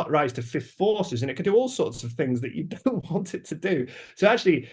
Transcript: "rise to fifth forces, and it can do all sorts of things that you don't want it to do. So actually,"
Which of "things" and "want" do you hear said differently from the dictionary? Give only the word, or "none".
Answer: none